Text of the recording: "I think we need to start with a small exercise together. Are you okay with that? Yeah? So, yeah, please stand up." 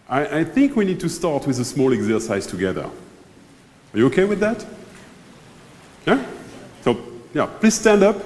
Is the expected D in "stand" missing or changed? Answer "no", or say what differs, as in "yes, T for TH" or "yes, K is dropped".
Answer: no